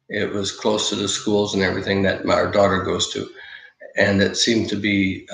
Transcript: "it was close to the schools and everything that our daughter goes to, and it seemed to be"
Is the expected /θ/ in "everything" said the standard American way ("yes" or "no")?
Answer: yes